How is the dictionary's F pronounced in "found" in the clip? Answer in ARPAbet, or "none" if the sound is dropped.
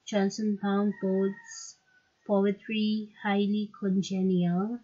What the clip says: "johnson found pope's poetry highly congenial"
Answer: P